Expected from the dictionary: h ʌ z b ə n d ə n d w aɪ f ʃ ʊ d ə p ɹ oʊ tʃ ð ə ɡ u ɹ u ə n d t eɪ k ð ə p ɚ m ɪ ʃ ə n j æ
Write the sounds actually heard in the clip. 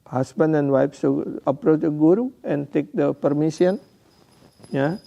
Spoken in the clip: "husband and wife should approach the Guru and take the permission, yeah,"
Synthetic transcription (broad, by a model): h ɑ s b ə n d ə n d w aɪ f s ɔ ə p ɹ oʊ tʃ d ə ɡ u ɹ u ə n t eɪ k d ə p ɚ m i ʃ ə n j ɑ